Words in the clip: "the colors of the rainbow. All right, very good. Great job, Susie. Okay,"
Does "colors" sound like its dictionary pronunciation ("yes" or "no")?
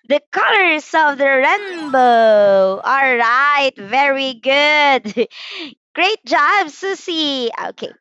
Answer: no